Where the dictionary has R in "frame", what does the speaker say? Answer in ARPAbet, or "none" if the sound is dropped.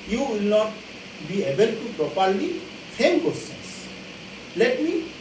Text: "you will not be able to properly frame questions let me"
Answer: none